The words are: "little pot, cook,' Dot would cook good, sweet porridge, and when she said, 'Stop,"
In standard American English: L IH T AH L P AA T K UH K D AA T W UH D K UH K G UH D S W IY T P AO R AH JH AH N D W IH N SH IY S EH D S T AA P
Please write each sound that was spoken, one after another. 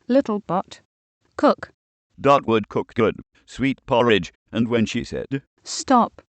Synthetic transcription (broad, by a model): L IH T L B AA T K UH K D AA T W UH D K UH K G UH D S W IY T P AO R AH JH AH N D W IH N SH IY S EH D S T AA P